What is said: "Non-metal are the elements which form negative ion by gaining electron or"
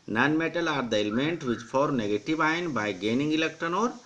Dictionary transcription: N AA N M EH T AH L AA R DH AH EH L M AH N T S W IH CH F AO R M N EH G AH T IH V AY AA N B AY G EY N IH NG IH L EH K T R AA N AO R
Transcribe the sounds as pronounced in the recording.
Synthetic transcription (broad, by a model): N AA N M EH T AH L AA R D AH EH L M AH N T W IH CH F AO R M N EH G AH T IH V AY N B AY G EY N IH NG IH L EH K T AA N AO R